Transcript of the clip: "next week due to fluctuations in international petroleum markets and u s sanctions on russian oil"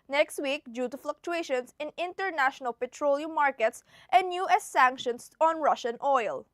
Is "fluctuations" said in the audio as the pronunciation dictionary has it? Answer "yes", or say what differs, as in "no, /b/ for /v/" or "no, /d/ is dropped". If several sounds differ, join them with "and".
no, /s/ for /z/